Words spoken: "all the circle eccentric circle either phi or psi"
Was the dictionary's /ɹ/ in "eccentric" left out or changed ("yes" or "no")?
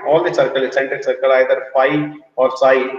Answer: yes